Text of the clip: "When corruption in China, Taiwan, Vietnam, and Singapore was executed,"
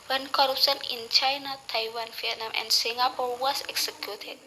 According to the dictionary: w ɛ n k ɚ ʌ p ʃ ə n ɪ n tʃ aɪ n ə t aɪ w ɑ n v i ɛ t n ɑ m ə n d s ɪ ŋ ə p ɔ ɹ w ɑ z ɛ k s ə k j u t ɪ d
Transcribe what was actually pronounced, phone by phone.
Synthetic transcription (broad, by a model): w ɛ n k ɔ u p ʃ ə n ɪ n tʃ aɪ n ə t aɪ w ɑ n f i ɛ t n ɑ m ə n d s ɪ ŋ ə p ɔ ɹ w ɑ s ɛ k s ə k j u t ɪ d